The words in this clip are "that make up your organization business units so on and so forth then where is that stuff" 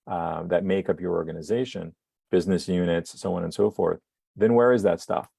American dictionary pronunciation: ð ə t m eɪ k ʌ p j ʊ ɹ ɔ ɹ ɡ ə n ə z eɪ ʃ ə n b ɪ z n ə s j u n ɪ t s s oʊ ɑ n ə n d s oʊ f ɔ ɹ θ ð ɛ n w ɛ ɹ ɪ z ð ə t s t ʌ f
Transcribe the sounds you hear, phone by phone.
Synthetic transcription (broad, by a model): ð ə t m eɪ k ʌ p j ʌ ɹ ɔ ɹ ɡ ə n ə z eɪ ʃ ə n b ɪ z n ə s j u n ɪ t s s oʊ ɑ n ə n s oʊ f ɔ ɹ θ ð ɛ n w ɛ ɹ ɪ z ð ə t s t ʌ f